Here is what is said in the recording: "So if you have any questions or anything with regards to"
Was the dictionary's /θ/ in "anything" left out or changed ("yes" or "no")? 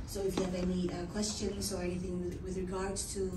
no